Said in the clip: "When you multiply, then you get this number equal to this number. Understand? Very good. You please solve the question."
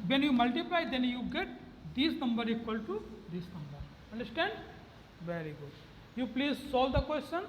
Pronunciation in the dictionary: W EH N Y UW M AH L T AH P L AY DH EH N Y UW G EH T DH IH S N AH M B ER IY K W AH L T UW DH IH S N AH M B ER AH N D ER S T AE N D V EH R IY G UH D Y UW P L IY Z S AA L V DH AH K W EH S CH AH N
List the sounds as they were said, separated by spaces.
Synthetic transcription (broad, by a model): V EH N Y UW M AH L T AH P L AY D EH N Y UW G EH T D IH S N AH M B ER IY K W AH L T UW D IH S N AH M B ER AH N D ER S T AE N D V EH R IY G UH D Y UW P L IY Z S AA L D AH K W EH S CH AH N